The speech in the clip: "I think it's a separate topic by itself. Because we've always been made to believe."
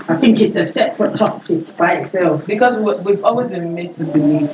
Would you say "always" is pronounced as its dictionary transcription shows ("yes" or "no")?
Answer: yes